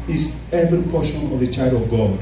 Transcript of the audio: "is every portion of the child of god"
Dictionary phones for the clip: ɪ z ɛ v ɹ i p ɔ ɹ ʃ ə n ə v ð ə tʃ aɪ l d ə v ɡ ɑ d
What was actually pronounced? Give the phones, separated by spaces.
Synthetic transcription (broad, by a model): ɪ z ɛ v i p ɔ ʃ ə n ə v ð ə tʃ aɪ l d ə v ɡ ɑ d